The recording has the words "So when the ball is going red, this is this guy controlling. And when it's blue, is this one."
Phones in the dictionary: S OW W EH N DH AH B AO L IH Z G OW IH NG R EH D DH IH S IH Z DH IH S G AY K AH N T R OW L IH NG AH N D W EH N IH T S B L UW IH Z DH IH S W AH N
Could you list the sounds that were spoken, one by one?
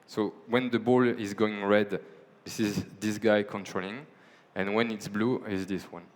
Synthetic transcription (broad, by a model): S OW W EH N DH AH B AO L IH Z G OW IH NG R EH D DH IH S IH Z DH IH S G AY K AH N T R OW L IH NG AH N W EH N IH T S B L UW IH Z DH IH S W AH N